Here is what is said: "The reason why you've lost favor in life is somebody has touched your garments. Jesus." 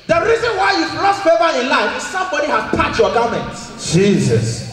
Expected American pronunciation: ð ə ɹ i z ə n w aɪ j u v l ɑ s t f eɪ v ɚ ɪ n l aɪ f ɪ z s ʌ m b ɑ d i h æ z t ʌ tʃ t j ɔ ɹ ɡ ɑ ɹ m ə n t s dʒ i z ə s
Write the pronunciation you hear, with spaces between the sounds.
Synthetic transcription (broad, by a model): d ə ɹ i z ə n w aɪ j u p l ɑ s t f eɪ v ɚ ɪ n l aɪ f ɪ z s ʌ m b ɑ d i h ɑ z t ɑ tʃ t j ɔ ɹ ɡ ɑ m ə n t dʒ i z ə s